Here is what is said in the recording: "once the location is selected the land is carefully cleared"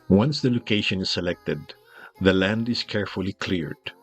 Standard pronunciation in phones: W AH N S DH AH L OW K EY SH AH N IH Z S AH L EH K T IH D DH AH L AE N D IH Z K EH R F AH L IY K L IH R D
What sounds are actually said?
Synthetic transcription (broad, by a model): W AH N S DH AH L OW K EY SH AH N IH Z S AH L EH K T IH D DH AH L AE N D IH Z K EH R F AH L IY K L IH R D